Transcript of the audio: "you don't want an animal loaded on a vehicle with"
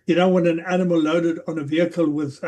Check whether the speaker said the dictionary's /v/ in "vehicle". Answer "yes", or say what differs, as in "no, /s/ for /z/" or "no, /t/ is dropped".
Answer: yes